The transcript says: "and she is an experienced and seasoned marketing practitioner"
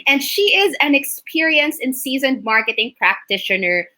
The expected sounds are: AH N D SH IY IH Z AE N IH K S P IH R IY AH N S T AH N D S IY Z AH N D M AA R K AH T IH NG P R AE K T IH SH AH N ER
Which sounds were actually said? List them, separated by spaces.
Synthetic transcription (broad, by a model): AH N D SH IY IH Z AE N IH K S P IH R IY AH N S AH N S IY Z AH N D M AA R K AH T IH NG P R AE K T IH SH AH N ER